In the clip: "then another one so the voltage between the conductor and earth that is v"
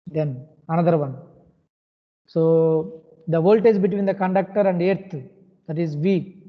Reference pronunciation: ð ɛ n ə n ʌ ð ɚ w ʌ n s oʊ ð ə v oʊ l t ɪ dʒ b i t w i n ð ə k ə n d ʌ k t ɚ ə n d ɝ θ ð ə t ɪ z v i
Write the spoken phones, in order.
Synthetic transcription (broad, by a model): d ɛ n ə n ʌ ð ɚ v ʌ n s oʊ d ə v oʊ l t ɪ z b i t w i n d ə k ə n d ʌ k t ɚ ə n d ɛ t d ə t ɪ z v i